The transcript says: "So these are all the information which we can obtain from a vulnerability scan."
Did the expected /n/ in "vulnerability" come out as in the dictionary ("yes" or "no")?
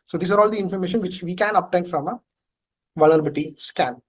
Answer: no